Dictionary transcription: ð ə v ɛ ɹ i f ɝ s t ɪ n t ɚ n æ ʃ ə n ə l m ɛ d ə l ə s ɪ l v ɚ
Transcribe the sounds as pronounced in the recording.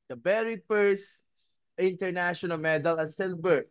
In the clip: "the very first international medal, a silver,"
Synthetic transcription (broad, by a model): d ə b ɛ ɹ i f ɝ s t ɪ n t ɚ n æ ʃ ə n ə l m ɛ d ə l ə s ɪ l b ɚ